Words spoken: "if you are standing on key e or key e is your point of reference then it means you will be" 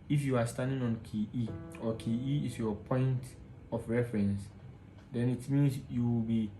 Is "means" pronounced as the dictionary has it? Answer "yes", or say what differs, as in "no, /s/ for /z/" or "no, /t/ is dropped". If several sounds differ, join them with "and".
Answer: no, /s/ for /z/